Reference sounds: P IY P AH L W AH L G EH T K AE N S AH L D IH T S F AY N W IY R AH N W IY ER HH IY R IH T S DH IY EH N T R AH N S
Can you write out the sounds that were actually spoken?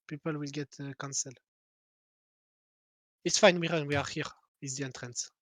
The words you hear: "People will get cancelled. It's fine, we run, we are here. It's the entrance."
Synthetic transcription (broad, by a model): P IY P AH L W AH L G EH T K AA N S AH L IH T S F AY N W IY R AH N W IY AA HH IY R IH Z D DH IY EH N T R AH N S